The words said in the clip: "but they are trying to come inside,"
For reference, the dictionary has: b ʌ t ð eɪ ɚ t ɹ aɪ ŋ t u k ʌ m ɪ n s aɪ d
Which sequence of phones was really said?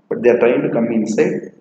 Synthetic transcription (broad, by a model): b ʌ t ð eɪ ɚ t aɪ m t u k ʌ m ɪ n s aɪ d